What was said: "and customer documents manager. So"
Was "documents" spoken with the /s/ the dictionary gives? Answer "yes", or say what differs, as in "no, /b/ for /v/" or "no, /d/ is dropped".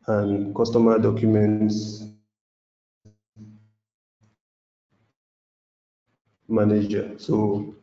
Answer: yes